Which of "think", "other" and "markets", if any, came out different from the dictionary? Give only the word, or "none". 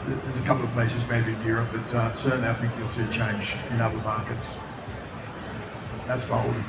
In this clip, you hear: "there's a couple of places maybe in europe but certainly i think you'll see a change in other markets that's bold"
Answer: none